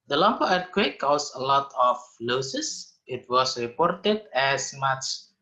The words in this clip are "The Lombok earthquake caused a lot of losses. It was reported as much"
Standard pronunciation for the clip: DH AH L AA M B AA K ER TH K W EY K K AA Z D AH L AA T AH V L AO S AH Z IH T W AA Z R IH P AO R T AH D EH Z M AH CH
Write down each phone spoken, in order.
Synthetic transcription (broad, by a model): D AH L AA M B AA ER T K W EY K K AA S AH L AA T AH F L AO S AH S IH T W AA S R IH P AO R T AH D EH S M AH CH